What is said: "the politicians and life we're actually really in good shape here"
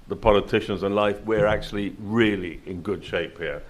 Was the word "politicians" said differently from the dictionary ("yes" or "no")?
no